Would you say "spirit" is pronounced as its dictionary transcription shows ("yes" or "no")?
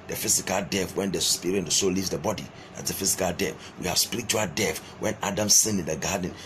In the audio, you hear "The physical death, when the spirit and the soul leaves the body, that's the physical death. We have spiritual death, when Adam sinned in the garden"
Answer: no